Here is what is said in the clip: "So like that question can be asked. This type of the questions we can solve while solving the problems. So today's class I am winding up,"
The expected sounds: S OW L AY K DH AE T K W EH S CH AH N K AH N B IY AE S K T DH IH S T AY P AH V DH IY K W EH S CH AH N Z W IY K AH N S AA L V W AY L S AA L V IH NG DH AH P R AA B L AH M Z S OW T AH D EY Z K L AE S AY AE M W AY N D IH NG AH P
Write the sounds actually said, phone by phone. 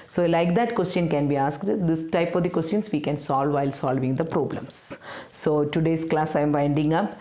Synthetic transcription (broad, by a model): S OW L AY K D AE T K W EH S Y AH N K AH N B IY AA S K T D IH S T AY P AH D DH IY K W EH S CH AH N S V IY K AH N S AA L V AY L S AA L V IH NG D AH P R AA B L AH M S OW T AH D EY S K L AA S AY M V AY N D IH NG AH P